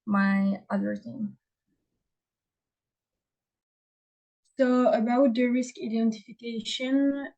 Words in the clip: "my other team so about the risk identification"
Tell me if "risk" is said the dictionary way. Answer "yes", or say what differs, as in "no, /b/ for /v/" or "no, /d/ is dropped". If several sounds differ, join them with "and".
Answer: yes